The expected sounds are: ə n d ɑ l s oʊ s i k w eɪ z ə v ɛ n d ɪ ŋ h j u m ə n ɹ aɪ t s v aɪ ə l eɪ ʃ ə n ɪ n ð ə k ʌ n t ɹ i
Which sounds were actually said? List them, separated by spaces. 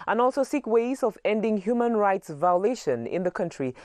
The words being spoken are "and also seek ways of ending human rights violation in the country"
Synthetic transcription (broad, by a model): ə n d ɑ l s oʊ s i k w eɪ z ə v ɛ n d ɪ ŋ h j u m ə n ɹ aɪ t s v aɪ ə l eɪ ʃ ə n ɪ n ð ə k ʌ n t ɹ i